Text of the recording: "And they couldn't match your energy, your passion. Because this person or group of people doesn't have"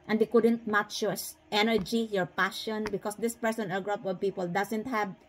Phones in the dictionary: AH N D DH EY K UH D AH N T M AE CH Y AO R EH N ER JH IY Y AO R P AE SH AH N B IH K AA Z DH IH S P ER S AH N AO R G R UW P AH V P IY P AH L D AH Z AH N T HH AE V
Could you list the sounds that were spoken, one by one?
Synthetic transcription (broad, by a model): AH N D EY K UH D AH N T M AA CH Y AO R EH N ER JH IY Y AO R P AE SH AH N B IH K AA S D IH S P ER S AH N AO L G R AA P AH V P IY P AH L D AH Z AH N T HH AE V